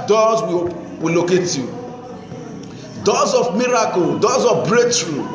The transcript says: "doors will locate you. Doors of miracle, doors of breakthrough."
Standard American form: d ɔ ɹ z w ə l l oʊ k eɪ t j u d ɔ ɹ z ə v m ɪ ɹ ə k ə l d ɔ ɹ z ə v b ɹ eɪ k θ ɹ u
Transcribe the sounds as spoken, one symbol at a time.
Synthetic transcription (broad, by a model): d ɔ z w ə w l oʊ k eɪ t j u d ɔ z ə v m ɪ ɹ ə k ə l d ɔ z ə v b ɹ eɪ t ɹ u